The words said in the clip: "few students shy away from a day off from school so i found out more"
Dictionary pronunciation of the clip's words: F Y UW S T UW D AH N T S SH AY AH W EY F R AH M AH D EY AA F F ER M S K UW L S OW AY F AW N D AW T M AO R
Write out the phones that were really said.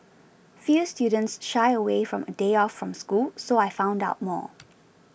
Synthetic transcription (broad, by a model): F Y UW S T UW D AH N T S SH AY AH W EY F R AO M AH D EY AA F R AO M S K UW L S OW AY F AW N D AW T M AO